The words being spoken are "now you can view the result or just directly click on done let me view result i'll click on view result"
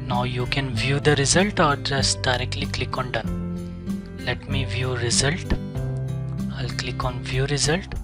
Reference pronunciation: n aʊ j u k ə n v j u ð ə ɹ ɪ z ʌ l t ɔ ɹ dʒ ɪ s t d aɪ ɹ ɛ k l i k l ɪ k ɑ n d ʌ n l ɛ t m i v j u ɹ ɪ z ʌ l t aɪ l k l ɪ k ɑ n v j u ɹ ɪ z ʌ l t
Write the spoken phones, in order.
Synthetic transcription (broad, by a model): n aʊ j u k ə n v j u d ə ɹ ɪ z ʌ l t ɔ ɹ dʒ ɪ s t d aɪ ɹ ɛ k l i k l ɪ k ɑ n d ʌ n l ɛ t m i v j u ɹ ɪ z ʌ l t aɪ l k l ɪ k ɑ n v j u ɹ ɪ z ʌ l t